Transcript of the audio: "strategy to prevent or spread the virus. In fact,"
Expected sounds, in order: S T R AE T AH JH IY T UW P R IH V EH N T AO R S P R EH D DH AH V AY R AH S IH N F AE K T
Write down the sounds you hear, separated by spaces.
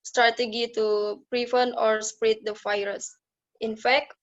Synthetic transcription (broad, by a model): S T R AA T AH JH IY T UW P R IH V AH N AO R S P R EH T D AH F AY R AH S IH N F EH K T